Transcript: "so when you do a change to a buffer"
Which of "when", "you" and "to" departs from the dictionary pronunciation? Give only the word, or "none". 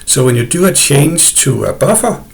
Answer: to